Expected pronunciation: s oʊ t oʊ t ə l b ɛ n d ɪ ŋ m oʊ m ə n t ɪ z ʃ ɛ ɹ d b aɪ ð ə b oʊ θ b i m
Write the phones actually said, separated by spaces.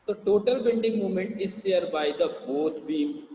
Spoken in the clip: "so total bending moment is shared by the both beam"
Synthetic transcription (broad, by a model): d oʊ t oʊ t ə l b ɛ n d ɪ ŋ m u m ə n t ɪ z s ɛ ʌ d b aɪ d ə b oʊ t b i m